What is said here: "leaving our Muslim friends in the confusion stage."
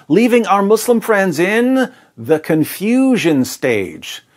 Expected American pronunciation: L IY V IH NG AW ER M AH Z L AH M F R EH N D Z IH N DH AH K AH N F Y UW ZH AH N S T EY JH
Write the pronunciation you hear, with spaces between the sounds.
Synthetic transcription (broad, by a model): L IY V IH NG AW ER M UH S L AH M F R EH N D Z IH N DH AH K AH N F Y UW ZH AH N S T EY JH